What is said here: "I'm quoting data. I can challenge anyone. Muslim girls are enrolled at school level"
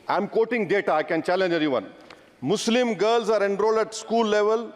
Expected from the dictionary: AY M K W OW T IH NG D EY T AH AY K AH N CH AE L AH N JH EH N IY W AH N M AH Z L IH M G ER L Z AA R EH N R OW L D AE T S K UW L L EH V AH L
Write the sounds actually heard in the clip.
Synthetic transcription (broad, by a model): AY M K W OW T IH NG D EY T AH AY K AH N CH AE L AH N JH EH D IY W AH N M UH S L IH M G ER L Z AA R EH N R OW L D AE T S K UW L L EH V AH L